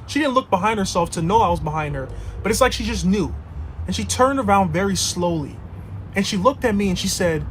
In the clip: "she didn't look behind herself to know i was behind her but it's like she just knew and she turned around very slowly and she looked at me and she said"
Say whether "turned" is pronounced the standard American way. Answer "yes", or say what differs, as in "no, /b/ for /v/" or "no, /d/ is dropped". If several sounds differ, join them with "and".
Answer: yes